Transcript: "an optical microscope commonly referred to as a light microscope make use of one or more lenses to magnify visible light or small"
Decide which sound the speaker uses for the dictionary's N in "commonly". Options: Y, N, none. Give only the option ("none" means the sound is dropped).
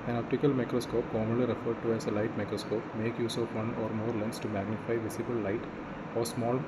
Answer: none